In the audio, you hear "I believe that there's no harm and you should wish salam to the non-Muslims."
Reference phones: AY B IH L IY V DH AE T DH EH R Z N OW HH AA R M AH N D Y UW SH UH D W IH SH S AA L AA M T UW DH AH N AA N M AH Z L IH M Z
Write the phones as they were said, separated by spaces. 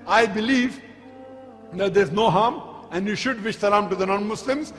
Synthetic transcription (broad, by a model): AY B IH L IY V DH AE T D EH R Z N OW HH AA R M AH N D Y UW SH UH D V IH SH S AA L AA M T UW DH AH N AA N M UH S L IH M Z